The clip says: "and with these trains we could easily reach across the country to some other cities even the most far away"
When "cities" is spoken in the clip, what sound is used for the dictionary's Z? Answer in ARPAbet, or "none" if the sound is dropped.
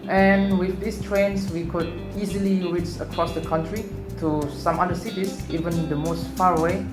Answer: S